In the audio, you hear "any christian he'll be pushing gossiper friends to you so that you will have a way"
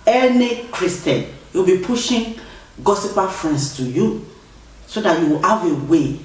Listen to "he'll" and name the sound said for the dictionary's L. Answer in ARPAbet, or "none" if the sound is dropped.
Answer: W